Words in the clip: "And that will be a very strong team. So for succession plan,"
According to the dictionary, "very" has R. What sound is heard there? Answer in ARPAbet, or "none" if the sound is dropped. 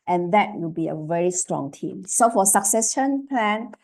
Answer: R